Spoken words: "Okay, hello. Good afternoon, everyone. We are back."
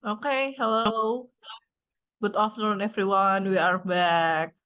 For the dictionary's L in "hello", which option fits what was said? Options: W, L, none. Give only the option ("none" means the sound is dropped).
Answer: L